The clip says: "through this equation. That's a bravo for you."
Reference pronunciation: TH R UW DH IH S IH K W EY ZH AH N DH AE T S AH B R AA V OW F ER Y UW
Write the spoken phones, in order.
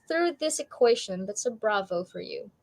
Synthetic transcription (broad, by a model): TH R UW DH IH S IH K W EY SH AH N DH AE T S AH B R AA V OW F ER Y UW